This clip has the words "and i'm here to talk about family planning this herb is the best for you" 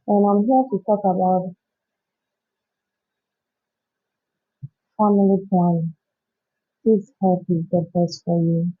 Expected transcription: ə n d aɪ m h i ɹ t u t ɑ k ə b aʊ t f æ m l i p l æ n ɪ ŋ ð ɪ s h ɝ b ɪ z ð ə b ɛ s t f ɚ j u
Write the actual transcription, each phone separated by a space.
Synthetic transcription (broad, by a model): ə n aɪ m h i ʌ t u t ɑ k ə b aʊ t f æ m i l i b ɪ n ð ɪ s h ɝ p ɪ z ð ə b ɛ s t f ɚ j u